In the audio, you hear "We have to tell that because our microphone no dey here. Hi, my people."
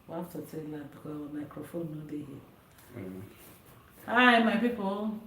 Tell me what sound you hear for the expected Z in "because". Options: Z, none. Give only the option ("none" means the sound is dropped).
none